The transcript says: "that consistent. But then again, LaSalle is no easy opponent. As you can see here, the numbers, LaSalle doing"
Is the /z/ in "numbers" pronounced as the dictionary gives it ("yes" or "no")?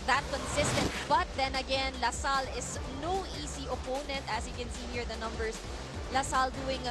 no